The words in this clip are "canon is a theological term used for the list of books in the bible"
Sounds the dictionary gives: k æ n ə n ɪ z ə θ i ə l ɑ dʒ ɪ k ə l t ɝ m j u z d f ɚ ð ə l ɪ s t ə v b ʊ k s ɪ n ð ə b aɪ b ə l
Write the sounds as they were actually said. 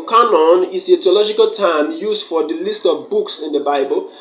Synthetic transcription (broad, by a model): k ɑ n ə n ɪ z ə t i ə l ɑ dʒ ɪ k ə l t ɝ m j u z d f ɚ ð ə l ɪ s t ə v b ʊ k s ɪ n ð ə b aɪ b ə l